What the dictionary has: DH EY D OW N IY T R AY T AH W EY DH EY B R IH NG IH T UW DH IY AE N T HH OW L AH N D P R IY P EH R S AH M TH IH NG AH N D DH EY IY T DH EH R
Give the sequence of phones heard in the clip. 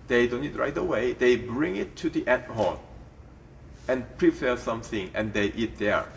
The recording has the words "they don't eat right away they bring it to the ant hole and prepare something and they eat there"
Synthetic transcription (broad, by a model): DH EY D OW N IY T R AY T AH W EY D EY B R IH NG IH T UW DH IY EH T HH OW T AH N P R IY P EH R S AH M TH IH NG AH N D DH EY IY T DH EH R